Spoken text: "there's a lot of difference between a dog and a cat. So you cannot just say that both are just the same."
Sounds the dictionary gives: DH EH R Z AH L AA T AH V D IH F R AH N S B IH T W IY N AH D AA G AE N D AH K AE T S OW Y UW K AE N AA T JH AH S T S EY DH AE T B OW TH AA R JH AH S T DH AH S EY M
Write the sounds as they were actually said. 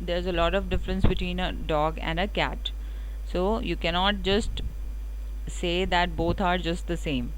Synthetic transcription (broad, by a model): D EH R Z AH L AA T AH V D IH F R AH N S B IH T W IY N AH D AA G AE N D AH K AE T S OW Y UW K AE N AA T JH AH S T S EY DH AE T B OW T AA R JH AH S T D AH S EY M